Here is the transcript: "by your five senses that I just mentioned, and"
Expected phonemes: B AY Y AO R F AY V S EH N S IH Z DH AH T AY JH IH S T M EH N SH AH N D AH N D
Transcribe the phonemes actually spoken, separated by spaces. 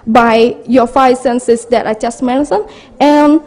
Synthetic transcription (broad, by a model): B AY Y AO F AY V S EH N S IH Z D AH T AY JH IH S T M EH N S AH N AH N